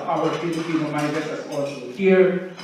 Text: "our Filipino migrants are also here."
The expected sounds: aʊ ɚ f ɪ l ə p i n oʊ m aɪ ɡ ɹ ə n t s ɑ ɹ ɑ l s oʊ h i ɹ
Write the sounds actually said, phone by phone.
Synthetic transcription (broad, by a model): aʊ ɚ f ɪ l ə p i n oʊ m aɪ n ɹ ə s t ɑ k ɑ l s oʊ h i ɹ